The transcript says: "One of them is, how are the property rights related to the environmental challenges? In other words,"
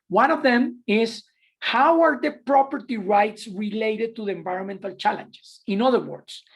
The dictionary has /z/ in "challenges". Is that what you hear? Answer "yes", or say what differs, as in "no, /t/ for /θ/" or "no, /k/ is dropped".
no, /s/ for /z/